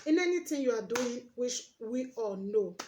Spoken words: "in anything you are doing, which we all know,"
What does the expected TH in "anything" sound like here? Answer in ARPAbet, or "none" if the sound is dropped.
T